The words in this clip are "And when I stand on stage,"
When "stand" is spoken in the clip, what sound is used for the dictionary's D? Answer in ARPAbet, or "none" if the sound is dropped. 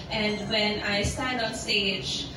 D